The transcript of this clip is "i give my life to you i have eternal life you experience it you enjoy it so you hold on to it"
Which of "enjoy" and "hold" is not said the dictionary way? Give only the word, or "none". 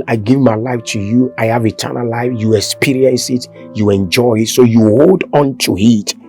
none